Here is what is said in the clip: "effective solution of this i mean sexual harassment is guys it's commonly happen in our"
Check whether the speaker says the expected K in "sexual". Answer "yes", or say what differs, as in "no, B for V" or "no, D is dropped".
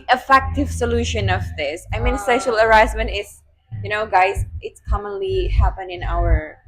no, K is dropped